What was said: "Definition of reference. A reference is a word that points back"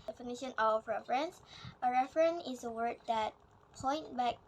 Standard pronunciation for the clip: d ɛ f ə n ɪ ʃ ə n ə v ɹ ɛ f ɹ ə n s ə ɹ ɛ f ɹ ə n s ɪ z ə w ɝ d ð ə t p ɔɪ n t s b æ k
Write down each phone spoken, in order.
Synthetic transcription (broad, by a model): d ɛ f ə n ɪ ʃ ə n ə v ɹ ɛ f ɹ ə n s ə ɹ ɛ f ɹ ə n ɪ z ə w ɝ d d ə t p ɔɪ n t b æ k